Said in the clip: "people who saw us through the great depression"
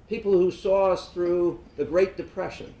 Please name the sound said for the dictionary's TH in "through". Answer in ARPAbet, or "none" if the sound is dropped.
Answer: TH